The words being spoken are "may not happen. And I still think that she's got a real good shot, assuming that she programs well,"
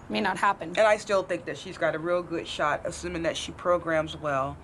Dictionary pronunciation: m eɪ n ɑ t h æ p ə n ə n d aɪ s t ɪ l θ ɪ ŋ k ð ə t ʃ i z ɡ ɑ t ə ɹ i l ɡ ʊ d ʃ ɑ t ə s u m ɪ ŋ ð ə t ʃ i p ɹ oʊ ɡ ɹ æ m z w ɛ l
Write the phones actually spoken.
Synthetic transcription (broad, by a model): m eɪ n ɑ t h æ p ə n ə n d aɪ s t ɪ l θ ɪ ŋ k ð ə t ʃ i z ɡ ɑ t ə ɹ i l ɡ ʊ d ʃ ɑ t ə s u m ɪ ŋ ð ə t ʃ i p ɹ oʊ ɡ ɹ æ m z w ɛ l